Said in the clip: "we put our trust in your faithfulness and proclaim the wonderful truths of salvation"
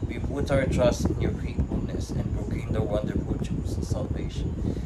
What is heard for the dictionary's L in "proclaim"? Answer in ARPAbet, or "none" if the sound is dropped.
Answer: none